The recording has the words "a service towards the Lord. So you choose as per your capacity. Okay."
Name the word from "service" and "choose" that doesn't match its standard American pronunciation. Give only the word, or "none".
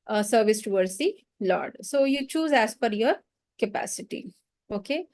none